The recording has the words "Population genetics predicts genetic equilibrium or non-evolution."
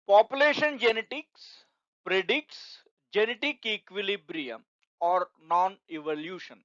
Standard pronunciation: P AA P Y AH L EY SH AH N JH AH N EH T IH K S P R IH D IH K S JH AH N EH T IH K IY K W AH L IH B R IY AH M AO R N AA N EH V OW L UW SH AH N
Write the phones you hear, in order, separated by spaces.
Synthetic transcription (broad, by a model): P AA P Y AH L EY SH AH N JH AH N EH T IH K S P R IH D IH K S JH AH N EH T IH K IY K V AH L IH B R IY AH M AO R N AA N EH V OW L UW SH AH N